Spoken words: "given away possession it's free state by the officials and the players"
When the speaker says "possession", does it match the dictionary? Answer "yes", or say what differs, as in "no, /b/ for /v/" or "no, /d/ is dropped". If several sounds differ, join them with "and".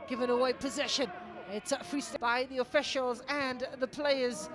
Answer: yes